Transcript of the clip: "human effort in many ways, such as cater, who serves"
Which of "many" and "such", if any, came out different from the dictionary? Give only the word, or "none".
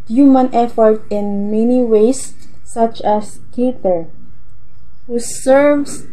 none